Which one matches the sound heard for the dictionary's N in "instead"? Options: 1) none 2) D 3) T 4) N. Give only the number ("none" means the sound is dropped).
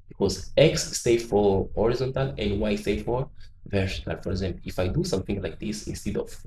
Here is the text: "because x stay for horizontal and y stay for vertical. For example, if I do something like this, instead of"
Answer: 4